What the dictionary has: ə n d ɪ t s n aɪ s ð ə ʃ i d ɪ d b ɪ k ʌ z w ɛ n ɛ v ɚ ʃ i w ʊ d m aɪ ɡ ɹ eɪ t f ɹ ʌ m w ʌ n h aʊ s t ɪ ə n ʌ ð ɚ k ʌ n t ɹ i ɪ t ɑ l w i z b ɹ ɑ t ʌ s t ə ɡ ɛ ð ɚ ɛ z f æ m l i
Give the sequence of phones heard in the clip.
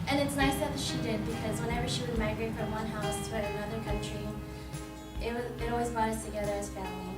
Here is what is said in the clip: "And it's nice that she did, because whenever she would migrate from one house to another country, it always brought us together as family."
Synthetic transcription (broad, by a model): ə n ɪ t s n aɪ s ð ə ʃ i d ɪ d b ɪ k ʌ z w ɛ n ɛ v ɚ ʃ i w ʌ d m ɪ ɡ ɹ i f ɹ ʌ m w ʌ n h aʊ s t ɪ ə n ʌ ð ɚ k ʌ n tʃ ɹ i ɪ t ɑ l w i z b ɑ ʊ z t ə ɡ ɛ ð ɚ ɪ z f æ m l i